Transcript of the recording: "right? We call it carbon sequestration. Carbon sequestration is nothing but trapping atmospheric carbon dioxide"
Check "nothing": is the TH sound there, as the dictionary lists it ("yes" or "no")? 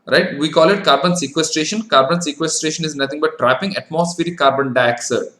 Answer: no